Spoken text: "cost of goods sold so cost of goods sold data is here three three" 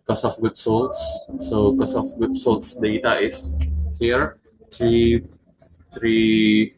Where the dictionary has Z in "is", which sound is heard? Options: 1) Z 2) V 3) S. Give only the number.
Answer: 3